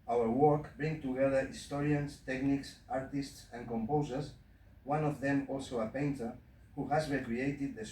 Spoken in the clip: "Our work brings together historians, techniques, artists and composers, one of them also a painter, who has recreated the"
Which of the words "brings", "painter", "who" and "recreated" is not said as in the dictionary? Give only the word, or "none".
brings